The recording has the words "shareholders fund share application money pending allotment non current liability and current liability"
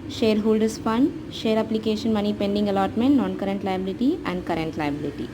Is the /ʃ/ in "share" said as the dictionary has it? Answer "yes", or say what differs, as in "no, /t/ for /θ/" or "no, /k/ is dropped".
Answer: yes